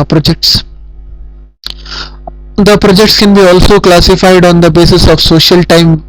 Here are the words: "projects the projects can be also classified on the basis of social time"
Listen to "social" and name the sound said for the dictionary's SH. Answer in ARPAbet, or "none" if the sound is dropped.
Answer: SH